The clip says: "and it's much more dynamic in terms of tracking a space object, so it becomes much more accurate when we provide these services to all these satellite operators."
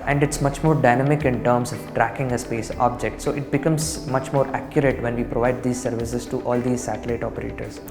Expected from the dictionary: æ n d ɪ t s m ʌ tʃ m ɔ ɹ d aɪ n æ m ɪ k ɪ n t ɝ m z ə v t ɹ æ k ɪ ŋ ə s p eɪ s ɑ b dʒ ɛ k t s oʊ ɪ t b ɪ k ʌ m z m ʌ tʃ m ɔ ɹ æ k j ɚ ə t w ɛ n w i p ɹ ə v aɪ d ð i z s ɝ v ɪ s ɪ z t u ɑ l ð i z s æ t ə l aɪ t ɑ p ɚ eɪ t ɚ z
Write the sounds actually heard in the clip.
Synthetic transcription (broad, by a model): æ n d ɪ t s m ʌ tʃ m ɔ ɹ d aɪ n æ m ɪ k ɪ n t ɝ m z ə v t ɹ æ k ɪ ŋ ə s p eɪ s ɑ b dʒ ɛ k t s oʊ ɪ t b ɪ k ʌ m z m ʌ tʃ m ɔ ɹ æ k j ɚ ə t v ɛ n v i p ɹ ə v aɪ d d i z s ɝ v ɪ s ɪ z t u ɑ l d i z s æ t ə l aɪ t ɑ p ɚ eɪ t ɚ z